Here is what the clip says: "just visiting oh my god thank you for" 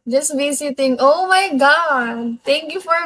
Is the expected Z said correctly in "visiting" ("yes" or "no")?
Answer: no